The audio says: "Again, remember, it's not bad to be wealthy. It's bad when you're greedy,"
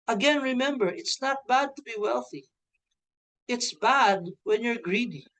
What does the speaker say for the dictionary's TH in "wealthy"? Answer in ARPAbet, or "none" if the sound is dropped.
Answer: TH